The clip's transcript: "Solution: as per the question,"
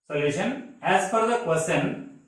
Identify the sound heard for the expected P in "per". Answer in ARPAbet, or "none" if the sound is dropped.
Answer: F